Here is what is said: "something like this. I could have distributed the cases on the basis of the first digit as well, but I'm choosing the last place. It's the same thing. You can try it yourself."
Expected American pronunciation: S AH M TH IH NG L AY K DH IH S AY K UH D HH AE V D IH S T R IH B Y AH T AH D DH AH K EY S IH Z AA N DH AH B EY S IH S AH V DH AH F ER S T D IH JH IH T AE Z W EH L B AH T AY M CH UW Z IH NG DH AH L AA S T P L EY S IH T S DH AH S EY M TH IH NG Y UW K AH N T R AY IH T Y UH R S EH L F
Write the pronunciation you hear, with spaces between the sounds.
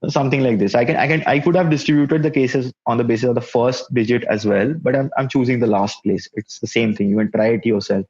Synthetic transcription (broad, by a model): S AH M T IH NG L AY K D IH S AY K UH D HH AE V D IH S T R IH B Y AH T AH D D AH K EY S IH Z AA N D AH B EY S IH S AH V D AH F ER S T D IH JH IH T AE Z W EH L B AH T AY M CH UW Z IH NG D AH L AA S T P L EY S IH T S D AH S EY M T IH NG Y UW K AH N T R AY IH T Y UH R S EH L F